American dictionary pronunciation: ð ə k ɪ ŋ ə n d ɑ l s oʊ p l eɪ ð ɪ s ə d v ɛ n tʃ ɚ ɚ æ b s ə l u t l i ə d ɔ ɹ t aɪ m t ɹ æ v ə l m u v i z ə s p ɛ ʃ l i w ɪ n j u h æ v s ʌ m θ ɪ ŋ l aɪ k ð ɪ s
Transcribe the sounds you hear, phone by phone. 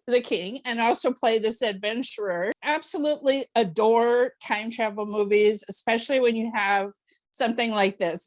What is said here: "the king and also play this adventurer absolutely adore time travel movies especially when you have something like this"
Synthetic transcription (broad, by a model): ð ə k ɪ ŋ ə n ɑ l s oʊ p l eɪ ð ɪ s ə d v ɛ n tʃ ɚ ɚ æ b s ə l u t l i ə d ɔ ɹ t aɪ m t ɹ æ v l m u v i z ə s p ɛ ʃ l i w ɪ n j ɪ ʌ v s ʌ m θ ɪ ŋ l aɪ k ð ɪ s